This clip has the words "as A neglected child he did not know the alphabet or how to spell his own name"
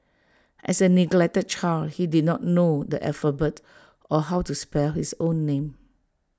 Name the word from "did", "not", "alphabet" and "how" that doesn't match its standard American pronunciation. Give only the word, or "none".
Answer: alphabet